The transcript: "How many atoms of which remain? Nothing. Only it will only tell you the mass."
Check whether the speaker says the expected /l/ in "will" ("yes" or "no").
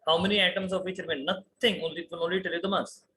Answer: no